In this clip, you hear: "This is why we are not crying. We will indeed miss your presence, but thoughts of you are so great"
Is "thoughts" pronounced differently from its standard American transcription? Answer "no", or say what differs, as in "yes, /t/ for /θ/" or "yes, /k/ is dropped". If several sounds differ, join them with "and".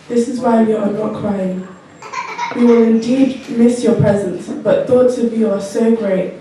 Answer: no